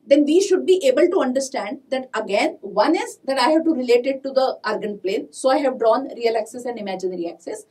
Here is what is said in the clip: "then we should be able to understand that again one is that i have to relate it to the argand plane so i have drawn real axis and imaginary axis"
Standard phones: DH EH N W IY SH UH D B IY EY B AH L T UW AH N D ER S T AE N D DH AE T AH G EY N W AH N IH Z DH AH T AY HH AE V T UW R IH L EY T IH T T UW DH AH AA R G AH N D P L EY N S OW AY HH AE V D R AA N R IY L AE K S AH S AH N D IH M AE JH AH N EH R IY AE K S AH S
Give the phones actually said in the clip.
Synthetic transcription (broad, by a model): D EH N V IY SH UH D B IY EY B AH L T UW AH N D ER S T AE N D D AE T AH G EY N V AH N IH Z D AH T AY HH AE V T UW R IH L EY T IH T T UW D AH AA R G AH N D P L EY N S OW AY HH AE V D R AA N R IY L AE K S AH S AH N D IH M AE JH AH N R IY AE K S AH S